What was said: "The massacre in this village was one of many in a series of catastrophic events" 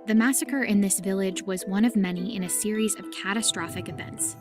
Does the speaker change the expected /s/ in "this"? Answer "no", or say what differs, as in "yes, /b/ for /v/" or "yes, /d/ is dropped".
no